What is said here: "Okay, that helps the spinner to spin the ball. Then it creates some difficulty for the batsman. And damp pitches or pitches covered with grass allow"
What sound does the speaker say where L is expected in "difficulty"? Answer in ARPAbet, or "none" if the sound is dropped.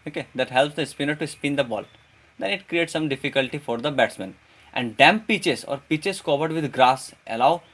L